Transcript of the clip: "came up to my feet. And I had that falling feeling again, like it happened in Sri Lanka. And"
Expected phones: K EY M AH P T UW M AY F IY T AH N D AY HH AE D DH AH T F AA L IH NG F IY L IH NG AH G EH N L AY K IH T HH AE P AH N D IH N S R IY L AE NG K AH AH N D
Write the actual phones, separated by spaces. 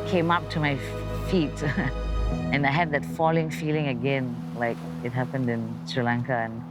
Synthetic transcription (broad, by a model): K EY M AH P T UW M AY F IY T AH N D AY HH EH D DH AH T F AA L IH NG F IY L IH NG AH G EH N L AY K IH T HH AE P AH N D IH N S R IY L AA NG K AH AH N